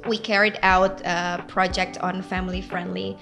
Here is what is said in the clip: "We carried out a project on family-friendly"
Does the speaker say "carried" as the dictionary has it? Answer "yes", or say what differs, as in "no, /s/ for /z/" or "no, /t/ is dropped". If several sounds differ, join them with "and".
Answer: yes